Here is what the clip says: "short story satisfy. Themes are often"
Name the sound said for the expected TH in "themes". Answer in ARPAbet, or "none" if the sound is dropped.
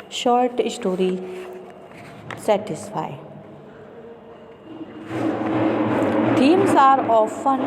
T